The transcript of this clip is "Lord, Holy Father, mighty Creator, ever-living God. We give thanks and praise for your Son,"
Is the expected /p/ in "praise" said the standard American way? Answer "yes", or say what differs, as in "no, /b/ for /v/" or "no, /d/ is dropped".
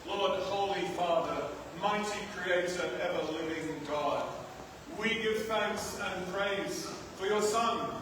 yes